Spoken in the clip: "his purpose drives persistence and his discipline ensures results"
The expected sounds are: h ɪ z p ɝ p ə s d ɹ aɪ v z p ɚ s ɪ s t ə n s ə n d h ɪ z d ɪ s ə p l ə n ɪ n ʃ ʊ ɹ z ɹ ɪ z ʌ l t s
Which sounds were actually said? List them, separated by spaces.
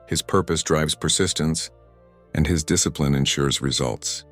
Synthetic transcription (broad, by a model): h ɪ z p ɝ p ə s d ɹ aɪ v z p ɚ s ɪ s t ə n s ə n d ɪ z d ɪ s ə p l ə n ɪ n ʃ ʊ ɹ z ɹ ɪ z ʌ l t s